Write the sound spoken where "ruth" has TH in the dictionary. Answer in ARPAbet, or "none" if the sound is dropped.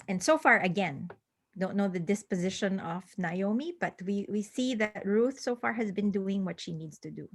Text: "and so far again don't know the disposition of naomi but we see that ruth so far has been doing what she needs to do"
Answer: TH